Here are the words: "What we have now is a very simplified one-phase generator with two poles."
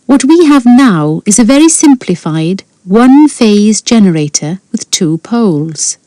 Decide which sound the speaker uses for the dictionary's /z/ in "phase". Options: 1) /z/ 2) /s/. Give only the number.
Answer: 1